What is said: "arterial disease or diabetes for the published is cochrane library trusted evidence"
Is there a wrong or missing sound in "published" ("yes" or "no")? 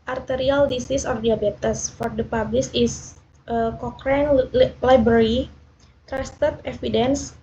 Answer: yes